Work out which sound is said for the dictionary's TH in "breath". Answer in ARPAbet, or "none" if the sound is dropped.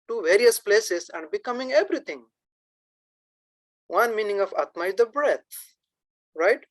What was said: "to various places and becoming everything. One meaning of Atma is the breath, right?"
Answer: T